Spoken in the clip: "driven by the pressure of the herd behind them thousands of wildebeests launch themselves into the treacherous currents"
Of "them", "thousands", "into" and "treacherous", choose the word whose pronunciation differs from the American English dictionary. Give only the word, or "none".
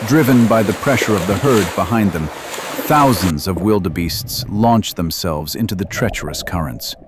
none